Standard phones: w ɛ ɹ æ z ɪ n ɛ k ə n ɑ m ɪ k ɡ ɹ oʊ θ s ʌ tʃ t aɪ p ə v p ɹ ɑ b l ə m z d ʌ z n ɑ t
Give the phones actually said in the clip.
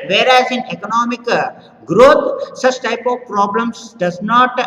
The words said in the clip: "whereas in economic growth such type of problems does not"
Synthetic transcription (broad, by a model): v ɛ ɹ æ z ɪ n ɛ k ə n ɑ m ɪ k ɡ ɹ oʊ t s ʌ tʃ t aɪ p ə v p ɹ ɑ b l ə m s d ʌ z n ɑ t